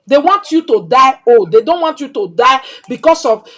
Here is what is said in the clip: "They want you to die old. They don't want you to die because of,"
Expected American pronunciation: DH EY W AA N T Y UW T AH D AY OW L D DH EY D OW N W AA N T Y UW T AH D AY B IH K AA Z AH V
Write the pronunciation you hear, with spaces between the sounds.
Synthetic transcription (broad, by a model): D EY W AA N T Y UW T AH D AY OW D EY D OW N W AA N T Y UW T AH D AY B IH K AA S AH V